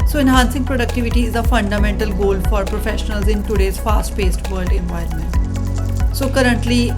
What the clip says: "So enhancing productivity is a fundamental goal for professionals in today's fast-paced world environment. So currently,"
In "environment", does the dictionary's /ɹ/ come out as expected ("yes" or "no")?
no